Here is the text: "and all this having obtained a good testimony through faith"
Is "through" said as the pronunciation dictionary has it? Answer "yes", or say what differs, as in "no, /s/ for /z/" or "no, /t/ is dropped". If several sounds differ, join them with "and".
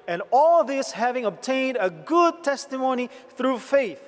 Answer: yes